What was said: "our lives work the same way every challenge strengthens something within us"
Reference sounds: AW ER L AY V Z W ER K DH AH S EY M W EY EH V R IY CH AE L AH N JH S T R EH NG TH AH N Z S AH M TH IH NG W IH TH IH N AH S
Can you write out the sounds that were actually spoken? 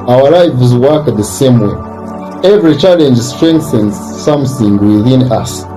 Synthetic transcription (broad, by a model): AW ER L AY F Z W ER K DH AH S EY M W EY EH V R IY CH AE L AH N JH S T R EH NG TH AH N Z S AH M TH IH NG W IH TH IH N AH S